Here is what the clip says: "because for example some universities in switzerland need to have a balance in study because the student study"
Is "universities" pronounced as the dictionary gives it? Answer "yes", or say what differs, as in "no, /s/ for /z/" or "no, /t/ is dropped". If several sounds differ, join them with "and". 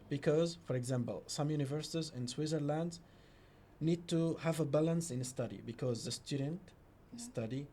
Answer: yes